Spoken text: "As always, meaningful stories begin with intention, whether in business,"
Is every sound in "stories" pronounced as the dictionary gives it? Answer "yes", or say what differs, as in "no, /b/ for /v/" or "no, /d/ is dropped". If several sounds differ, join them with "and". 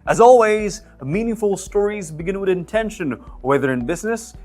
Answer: yes